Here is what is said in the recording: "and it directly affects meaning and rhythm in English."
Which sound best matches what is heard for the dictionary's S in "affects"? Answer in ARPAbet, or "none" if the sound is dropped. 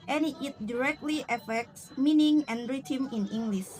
S